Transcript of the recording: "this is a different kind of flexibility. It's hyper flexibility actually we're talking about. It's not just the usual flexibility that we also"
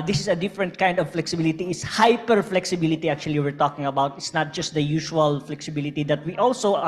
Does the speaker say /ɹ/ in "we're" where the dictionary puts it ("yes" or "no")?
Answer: yes